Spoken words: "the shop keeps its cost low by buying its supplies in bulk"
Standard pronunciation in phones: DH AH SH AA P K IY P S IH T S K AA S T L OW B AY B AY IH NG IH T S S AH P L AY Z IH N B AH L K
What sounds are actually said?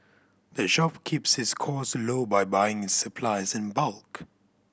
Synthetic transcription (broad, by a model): DH AH SH AA P K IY P S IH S K AA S L OW B AY B AY IH NG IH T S S AH P L AY Z IH N B AH L K